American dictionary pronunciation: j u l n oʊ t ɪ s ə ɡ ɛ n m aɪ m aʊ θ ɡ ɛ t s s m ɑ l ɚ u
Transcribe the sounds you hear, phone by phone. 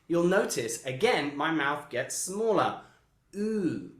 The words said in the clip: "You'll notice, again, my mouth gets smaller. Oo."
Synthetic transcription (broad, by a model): j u l n oʊ t ɪ s ə ɡ ɛ n m aɪ m aʊ θ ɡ ɛ t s s m ɑ l ɚ u